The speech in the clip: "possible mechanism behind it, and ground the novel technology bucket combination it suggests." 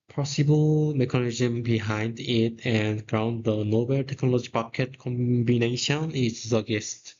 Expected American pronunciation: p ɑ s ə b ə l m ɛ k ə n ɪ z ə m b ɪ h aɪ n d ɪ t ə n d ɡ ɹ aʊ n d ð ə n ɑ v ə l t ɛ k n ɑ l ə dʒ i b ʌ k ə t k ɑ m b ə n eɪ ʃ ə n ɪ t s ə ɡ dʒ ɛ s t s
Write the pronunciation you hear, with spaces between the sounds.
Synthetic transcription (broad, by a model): p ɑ s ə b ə l m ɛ k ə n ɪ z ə m b ɪ h aɪ n d ɪ t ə n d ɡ ɹ aʊ n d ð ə n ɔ b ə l t ɛ k n ɑ l ə dʒ i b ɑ k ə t k ɑ m b ə n eɪ ʃ ə n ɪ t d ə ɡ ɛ s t